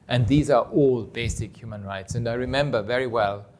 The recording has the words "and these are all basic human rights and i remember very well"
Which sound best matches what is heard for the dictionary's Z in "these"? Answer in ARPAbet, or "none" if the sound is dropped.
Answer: Z